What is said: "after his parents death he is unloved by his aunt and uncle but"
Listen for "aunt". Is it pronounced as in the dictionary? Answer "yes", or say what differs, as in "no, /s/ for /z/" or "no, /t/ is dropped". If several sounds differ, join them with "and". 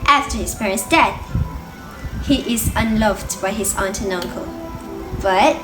yes